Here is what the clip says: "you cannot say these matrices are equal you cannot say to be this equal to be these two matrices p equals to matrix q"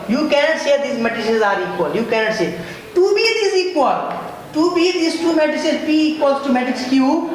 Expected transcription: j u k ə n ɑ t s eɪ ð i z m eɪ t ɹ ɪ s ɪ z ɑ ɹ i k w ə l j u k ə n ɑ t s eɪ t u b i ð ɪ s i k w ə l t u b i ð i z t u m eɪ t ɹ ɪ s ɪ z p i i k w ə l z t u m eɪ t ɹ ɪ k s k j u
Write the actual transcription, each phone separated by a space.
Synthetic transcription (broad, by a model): j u k ə n ɑ t s eɪ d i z m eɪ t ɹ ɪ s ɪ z ɑ ɹ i k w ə l j u k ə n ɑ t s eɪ t u b i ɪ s i k w ə l t u b i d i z t u m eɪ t ɪ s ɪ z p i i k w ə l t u m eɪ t ɪ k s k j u